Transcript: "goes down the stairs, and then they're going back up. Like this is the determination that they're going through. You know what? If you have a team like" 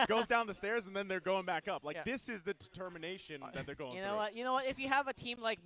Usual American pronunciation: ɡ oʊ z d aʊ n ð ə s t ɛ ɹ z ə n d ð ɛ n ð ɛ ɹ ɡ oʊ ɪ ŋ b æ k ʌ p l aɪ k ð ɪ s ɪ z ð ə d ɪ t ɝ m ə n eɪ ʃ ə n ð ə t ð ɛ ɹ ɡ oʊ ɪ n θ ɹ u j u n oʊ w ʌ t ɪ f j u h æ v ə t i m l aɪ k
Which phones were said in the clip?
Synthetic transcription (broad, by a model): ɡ oʊ z d aʊ n ð ə s t ɛ ɹ z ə n ð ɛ n ð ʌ ɹ ɡ oʊ ɪ ŋ b æ k ʌ p l aɪ k ð ɪ s ɪ z ð ə d ɪ t ɝ m ə n eɪ ʃ ə n ð ə t ð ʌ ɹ ɡ oʊ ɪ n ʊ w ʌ j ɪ n oʊ w ʌ t ɪ f j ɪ v ə t i m l aɪ k